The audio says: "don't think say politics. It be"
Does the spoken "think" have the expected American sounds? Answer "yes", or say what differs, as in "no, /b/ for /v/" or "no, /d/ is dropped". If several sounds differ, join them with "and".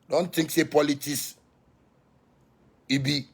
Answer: no, /t/ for /θ/